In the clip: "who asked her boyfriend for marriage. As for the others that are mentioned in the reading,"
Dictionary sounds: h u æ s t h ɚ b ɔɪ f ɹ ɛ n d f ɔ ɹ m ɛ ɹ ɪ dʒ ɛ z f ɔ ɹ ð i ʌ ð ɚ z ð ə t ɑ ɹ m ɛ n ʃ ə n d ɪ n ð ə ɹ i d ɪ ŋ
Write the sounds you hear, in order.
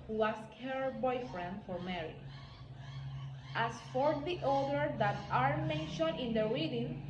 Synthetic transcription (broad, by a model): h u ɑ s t h ɚ b ɔɪ f ɹ ɛ n d f ɔ ɹ m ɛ ɹ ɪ ɑ s f ɔ ɹ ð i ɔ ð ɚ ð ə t ɑ ɹ m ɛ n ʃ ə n ɪ n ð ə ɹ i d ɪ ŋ